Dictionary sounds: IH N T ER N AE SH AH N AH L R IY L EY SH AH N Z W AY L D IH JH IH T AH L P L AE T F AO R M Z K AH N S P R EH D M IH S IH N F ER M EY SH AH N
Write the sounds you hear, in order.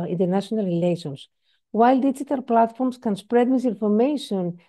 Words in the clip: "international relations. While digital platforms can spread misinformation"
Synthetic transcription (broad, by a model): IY N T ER N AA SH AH N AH L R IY L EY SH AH N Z W AY L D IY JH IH T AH L P L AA T F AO R M S K AH N S P R EH D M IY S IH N F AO M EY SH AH N